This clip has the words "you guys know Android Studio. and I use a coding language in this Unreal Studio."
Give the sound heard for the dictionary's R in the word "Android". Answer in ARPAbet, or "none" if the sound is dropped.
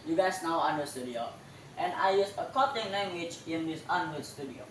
none